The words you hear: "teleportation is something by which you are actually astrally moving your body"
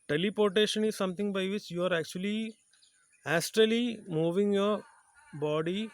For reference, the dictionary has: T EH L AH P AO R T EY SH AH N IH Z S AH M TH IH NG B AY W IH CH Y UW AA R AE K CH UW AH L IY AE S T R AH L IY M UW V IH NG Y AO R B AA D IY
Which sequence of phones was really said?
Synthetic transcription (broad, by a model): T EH L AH P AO R T EY SH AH N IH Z S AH M T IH NG B AY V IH CH Y UW AA R AE K CH UW AH L IY AE S T R AH L IY M UW V IH NG Y AO R B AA D IY